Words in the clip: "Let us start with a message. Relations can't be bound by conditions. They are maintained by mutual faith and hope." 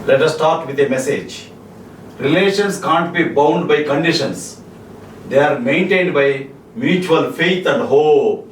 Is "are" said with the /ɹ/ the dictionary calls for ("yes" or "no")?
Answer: yes